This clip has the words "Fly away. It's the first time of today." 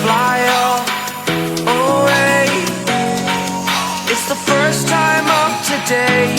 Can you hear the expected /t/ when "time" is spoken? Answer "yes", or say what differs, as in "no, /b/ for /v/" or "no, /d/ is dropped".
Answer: yes